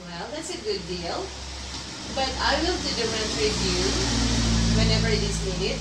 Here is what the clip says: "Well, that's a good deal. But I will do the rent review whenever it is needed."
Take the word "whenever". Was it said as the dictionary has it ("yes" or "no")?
yes